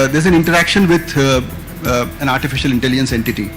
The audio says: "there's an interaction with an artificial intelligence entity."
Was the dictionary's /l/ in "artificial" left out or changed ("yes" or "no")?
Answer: no